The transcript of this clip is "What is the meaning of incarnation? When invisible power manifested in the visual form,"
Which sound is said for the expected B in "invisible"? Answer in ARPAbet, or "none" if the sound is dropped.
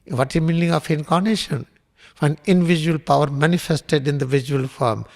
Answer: none